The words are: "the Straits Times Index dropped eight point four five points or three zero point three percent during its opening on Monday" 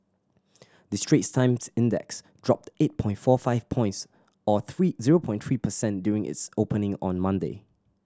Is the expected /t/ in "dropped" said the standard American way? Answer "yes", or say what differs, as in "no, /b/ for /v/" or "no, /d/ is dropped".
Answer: yes